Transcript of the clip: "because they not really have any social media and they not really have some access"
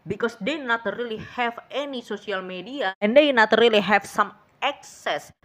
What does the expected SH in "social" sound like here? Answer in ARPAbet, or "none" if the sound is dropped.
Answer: S